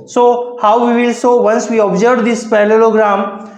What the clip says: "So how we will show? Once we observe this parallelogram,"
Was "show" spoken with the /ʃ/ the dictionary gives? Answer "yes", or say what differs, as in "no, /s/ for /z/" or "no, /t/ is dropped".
no, /s/ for /ʃ/